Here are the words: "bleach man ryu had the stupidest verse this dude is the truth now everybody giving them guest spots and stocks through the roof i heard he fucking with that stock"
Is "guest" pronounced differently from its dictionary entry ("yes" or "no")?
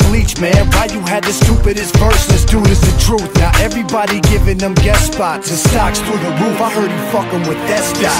yes